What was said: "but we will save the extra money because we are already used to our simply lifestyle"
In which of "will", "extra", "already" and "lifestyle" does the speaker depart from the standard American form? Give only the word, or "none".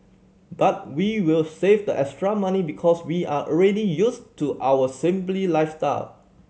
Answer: none